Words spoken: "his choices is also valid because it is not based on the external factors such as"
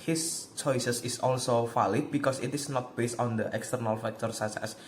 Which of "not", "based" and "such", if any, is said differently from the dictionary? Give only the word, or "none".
such